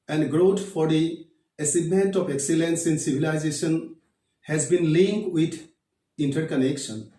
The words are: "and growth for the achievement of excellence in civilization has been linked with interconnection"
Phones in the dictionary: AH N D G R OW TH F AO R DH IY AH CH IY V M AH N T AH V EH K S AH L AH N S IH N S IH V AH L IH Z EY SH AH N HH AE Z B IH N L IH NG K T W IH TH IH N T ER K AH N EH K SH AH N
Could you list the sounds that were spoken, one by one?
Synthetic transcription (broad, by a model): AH N D G R OW T F AO R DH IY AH S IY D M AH N T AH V EH K S AH L AH N S IH N S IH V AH L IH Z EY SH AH N HH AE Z B IH N L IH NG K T W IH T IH N T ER K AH N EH K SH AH N